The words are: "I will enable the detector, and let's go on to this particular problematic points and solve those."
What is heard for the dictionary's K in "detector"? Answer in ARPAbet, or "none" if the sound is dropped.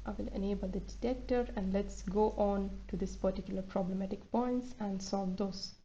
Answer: K